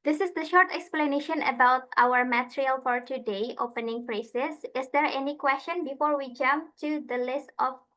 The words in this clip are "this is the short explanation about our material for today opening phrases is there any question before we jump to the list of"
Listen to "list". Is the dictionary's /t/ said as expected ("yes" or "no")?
yes